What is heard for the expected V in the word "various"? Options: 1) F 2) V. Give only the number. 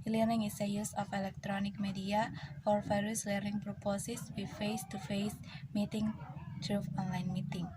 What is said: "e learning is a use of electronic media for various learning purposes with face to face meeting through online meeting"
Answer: 1